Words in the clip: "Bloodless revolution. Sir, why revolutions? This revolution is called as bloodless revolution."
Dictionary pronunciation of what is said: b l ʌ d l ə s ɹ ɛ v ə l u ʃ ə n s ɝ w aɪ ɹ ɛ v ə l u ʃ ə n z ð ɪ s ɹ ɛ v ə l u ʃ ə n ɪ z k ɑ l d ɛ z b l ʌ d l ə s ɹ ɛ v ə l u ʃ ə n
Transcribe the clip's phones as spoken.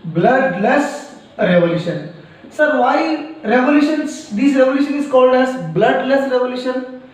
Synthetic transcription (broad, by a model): b l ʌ d l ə s ɹ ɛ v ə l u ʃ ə n s ɝ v aɪ ɹ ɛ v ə l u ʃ ə n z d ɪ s ɹ ɛ v ə l u ʃ ə n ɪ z k ɑ l d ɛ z b l ʌ d l ə s ɹ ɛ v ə l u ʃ ə n